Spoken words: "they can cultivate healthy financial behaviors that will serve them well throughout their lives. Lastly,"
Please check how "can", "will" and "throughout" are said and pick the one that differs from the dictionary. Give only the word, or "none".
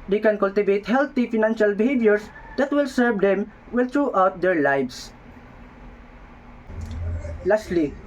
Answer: throughout